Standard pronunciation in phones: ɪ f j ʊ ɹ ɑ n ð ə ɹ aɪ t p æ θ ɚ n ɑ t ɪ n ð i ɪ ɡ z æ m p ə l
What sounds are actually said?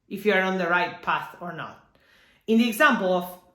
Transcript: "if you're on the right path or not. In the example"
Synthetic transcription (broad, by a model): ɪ f j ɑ ɹ ɑ n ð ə ɹ aɪ t p æ θ ɚ n ɑ t ɪ n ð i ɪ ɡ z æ m p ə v